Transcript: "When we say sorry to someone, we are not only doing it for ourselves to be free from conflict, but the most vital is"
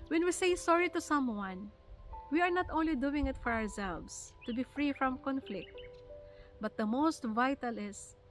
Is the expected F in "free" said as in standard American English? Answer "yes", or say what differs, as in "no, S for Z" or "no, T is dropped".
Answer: yes